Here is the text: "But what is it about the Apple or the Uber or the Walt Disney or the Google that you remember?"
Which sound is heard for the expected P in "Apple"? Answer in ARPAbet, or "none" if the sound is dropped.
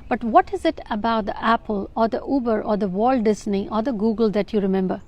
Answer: P